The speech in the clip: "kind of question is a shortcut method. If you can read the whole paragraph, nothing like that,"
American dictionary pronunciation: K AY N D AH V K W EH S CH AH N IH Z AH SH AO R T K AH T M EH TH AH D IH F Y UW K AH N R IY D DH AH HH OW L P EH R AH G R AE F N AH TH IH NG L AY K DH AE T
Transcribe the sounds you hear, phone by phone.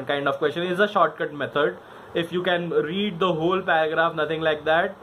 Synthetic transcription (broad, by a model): K AY N D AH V K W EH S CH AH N IH Z AH SH AO R T K AH T M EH T AH D IH F Y UW K AH N R IY D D AH HH OW L P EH R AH G R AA F N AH T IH NG L AY K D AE T